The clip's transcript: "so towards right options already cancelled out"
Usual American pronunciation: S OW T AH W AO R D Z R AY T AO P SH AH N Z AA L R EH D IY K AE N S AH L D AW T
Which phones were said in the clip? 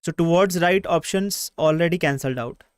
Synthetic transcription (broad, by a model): S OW T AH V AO R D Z R AY T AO P SH AH N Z AA L R EH D IY K AE N S AH L D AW T